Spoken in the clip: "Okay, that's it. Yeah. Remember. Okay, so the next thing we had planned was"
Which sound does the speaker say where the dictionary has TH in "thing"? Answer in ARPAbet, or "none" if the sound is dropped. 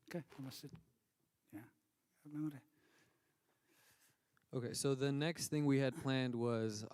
TH